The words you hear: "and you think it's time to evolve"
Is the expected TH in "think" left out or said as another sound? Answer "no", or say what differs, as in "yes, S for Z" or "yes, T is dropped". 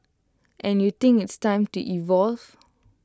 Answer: yes, T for TH